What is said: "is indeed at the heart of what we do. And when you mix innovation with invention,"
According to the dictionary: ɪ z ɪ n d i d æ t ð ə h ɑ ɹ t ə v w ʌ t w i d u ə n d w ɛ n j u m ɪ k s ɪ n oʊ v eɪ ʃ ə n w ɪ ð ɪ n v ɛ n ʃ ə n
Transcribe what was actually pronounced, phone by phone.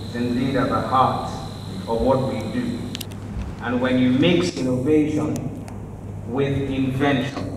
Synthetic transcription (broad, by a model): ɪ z ɪ n d i d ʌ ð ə h ɑ ɹ t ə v w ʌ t w i d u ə n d w ɛ n j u m ɪ k s ɪ n oʊ v eɪ ʃ ə n w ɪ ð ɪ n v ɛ n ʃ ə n